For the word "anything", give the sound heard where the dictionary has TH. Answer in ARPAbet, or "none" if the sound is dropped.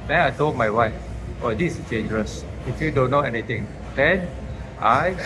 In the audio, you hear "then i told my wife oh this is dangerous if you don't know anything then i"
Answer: T